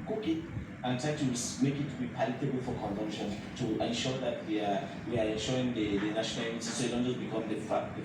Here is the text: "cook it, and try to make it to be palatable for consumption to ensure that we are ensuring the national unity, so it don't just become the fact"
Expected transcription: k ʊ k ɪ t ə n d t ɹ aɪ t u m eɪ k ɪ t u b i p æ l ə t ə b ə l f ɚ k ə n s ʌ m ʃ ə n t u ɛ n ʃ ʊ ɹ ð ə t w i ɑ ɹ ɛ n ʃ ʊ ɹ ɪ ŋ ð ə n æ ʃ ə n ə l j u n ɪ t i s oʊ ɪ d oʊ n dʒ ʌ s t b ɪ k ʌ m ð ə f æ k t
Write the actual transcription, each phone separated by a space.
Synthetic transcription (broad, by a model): k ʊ k ɪ t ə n t ɹ aɪ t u m eɪ k ɪ t u b i p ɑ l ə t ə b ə l f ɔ k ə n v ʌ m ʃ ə n t u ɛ n ʃ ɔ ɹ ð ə t w i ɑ w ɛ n ʃ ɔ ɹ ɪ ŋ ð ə n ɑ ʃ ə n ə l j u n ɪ s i s oʊ ɪ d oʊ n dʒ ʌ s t b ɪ k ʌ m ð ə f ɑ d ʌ